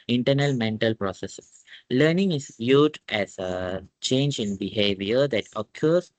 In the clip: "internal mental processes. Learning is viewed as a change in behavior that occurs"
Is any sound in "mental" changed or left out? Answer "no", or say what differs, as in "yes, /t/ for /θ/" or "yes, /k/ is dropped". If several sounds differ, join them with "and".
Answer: no